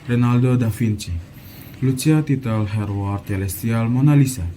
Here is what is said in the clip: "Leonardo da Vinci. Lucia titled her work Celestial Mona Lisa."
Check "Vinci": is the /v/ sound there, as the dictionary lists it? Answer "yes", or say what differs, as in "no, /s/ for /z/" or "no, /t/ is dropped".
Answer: no, /f/ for /v/